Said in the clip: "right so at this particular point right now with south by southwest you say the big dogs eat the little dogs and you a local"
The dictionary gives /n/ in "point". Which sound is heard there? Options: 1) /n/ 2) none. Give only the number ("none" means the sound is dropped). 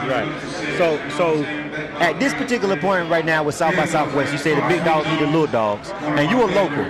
1